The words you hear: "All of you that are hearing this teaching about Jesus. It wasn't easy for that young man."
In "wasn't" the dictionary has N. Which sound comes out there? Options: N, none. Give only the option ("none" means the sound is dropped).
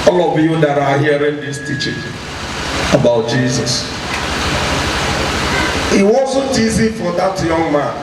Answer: none